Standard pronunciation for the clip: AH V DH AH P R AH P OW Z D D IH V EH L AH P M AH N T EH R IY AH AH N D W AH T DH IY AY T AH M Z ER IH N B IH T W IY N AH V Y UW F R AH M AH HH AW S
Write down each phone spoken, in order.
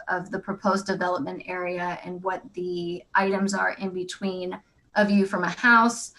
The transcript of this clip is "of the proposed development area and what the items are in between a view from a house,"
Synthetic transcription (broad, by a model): AH V DH AH P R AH P OW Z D D IH V EH L AH P M AH N T EH R IY AH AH N W AH T DH IY AY T AH M Z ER IH N B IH T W IY N AH V Y UW F R AH M AH HH AW S